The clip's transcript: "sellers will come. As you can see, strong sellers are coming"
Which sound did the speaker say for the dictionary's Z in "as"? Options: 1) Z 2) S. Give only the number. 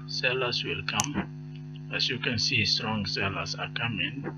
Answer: 2